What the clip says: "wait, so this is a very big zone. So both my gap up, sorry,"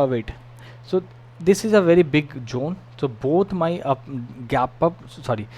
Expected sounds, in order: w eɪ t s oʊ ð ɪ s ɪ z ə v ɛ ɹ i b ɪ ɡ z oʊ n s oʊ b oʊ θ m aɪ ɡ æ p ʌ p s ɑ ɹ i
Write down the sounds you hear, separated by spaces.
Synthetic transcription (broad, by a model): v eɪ t s oʊ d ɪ s ɪ z ə v ɛ ɹ i b ɪ ɡ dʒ oʊ n s oʊ b oʊ t m aɪ ɡ æ p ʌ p s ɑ ɹ i